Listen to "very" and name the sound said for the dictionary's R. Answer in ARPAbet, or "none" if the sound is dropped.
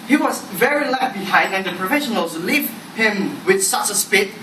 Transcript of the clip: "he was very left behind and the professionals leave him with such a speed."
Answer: R